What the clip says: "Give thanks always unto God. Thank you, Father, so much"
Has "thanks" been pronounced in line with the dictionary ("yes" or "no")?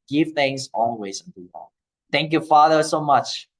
no